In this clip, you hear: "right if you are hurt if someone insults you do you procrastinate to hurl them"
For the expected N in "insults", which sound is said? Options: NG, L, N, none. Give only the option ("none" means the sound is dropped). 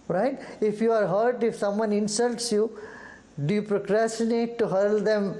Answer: N